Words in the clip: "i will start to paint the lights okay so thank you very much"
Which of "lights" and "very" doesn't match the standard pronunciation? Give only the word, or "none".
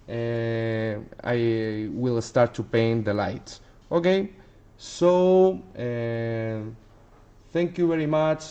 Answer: lights